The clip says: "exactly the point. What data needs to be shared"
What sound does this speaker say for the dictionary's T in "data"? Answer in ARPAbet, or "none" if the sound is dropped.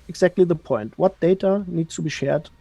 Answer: T